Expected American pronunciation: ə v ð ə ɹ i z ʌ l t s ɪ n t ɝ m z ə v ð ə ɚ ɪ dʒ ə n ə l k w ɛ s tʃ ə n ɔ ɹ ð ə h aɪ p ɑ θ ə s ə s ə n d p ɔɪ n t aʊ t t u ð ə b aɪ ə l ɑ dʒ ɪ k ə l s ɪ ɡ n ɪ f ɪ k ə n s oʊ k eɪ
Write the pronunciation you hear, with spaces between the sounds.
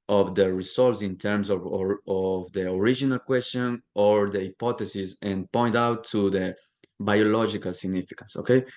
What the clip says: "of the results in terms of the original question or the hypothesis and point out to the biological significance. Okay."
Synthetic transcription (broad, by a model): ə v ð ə ɹ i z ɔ l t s ɪ n t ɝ m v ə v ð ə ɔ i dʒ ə n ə l k w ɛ s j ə n ɔ ɹ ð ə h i p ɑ t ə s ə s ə n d p ɔɪ n t aʊ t t u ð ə b aɪ ə l ɑ dʒ ɪ k ə l s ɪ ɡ n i f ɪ k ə n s oʊ k eɪ